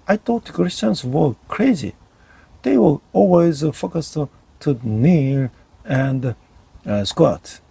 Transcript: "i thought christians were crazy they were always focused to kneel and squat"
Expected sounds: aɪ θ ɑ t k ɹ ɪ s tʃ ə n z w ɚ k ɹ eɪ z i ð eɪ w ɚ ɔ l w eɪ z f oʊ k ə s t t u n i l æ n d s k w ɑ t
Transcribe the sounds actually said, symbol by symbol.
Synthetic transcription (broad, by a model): aɪ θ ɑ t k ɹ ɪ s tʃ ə n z w ɚ k ɹ eɪ z i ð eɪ w ɚ ɔ l w eɪ z f oʊ k ə s t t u n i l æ n d s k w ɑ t